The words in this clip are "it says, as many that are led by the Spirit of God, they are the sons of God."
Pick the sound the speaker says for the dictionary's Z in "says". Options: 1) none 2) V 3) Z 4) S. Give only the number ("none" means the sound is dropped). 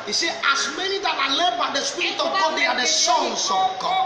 1